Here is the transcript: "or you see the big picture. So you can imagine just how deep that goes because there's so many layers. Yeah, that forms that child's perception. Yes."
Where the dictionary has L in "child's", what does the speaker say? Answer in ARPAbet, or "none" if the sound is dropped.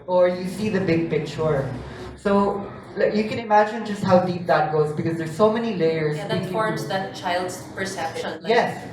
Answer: L